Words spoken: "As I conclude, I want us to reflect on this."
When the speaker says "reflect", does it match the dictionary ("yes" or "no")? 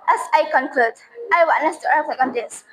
no